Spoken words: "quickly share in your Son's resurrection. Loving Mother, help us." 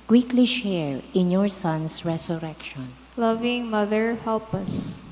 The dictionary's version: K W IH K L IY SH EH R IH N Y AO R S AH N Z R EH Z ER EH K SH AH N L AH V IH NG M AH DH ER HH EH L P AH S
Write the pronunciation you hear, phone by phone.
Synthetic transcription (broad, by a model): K W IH K L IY SH EH R IH N Y AO R S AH N S R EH S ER EH K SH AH N L AH V IH NG M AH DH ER HH EH L P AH S